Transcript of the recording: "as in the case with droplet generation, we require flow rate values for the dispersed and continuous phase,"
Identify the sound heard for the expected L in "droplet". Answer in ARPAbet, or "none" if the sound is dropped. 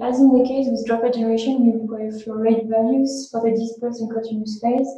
none